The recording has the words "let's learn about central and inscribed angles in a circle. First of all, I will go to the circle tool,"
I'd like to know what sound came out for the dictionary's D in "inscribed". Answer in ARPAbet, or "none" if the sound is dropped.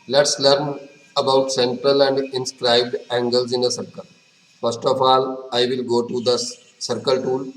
D